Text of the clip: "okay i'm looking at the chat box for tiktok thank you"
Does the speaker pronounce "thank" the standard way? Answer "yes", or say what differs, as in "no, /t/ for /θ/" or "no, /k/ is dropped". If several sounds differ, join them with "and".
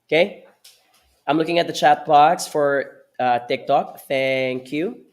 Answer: yes